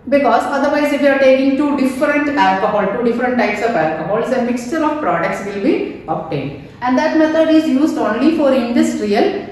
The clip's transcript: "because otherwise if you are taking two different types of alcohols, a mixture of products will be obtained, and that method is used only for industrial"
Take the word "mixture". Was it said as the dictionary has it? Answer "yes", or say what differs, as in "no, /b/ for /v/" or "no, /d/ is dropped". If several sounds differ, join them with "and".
yes